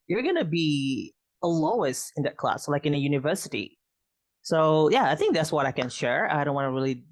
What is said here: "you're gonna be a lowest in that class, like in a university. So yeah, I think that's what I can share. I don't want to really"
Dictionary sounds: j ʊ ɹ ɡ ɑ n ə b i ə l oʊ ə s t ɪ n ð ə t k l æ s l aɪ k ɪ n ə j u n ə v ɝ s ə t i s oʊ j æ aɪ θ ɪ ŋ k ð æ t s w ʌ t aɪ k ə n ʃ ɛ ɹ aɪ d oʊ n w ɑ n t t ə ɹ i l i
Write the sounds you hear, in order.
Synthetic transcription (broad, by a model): j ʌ ɹ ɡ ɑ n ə b i ə l oʊ ə s t ɪ n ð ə t k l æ s l aɪ k ɪ n ə j u n ə v ɝ s ə t i s oʊ j æ aɪ θ ɪ ŋ k ð æ t s w ʌ t aɪ k ə n ʃ ɛ ɹ aɪ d oʊ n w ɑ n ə ɹ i l i